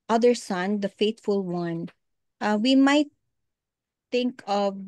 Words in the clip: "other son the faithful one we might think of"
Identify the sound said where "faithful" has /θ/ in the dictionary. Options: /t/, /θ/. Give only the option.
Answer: /t/